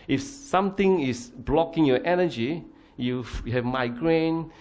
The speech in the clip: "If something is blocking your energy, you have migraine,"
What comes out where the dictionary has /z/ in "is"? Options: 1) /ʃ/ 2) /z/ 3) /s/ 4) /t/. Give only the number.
3